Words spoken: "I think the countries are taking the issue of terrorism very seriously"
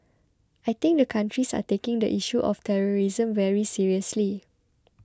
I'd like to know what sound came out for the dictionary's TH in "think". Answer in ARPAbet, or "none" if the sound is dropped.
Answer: T